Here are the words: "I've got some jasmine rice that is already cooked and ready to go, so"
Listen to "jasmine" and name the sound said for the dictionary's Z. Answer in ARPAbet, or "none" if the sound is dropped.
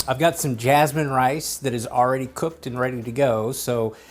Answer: Z